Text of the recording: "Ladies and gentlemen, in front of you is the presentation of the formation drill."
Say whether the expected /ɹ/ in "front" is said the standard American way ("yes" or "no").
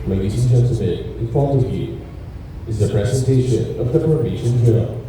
no